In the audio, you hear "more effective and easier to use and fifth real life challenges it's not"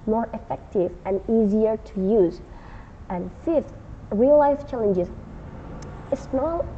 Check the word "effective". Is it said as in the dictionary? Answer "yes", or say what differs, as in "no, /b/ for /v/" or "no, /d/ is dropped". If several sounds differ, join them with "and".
yes